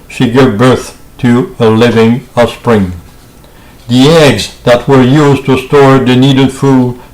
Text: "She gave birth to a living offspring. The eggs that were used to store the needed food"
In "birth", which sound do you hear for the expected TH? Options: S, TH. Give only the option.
TH